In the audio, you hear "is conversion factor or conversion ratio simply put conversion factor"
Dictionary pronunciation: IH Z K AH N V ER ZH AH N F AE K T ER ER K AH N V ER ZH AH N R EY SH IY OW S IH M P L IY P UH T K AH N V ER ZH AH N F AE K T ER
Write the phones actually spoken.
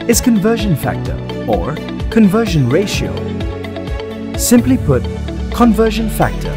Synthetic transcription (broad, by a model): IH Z K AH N V ER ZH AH N F AE K T ER ER K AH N V ER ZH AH N R EY SH IY OW S IH M P L IY P UH T K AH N V ER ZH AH N F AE K T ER